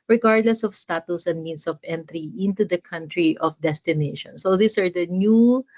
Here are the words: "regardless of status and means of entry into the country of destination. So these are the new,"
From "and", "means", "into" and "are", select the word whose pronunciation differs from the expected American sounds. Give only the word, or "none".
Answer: means